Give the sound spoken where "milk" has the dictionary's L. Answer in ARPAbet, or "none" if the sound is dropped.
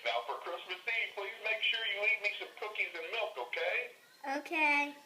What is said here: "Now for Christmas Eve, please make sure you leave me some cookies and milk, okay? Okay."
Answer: L